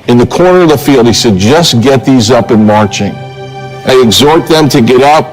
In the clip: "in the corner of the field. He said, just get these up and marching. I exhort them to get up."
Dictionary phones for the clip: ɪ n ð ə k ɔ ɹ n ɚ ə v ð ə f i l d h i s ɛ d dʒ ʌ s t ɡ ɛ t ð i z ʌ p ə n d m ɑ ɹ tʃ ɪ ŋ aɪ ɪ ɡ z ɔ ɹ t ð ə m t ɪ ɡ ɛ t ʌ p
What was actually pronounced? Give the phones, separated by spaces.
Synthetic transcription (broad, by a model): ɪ n ð ə k ɔ ɹ n ɚ ə v ð ə f i l d h i s ɛ d dʒ ʌ s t ɡ ɛ t ð i z ʌ p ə n m ɑ ɹ tʃ ɪ ŋ aɪ ɪ ɡ z ɔ ɹ t ð ə m t ɪ ɡ ɛ t ʌ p